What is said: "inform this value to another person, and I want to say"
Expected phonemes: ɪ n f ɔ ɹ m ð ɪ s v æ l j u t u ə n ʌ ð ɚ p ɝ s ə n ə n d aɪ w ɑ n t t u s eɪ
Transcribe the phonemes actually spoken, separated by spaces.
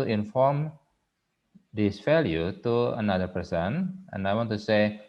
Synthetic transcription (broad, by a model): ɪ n f ɔ ɹ m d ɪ s f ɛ l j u t u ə n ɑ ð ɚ p ɝ s ə n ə n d aɪ w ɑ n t t u s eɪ